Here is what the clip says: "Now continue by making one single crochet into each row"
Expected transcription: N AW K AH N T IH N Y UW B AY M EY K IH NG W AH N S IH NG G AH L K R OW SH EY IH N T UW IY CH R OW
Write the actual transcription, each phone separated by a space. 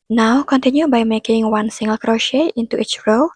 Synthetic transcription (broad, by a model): N AW K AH N T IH N Y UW B AY M EY K IH NG W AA N S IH NG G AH L K R OW SH EY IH N T UW IY CH R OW